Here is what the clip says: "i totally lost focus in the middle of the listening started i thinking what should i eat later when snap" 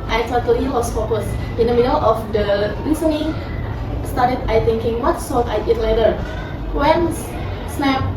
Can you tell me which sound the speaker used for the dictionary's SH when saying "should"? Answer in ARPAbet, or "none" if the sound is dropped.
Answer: S